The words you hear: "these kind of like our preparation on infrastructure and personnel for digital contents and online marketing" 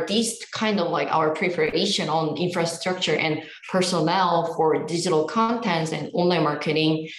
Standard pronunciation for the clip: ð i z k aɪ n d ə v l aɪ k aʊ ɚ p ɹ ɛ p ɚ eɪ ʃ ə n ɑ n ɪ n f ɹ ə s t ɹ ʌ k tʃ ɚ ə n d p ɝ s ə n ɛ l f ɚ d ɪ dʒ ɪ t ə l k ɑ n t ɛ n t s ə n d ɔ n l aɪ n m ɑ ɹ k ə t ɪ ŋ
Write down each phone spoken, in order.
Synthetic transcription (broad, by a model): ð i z k aɪ n d ə v l aɪ k aʊ ɚ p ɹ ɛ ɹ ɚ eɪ ʃ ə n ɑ n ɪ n f ɹ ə s t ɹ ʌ k tʃ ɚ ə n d p ɝ s ə n ɛ l f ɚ d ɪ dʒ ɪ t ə l k ɑ n t ɛ n t s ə n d ɔ n l aɪ n m ɑ ɹ k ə t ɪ ŋ